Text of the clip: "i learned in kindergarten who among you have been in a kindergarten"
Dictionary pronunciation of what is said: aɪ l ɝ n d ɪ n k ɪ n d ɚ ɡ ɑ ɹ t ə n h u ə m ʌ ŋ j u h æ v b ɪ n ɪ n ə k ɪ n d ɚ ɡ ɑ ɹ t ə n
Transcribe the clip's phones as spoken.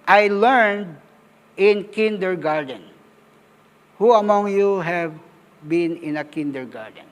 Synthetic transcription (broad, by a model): aɪ l ɝ n d ɪ n k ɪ n d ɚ ɡ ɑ ɹ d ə n h u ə m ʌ ŋ j u h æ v b ɪ n ɪ n ə k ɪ n d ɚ ɡ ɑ ɹ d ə n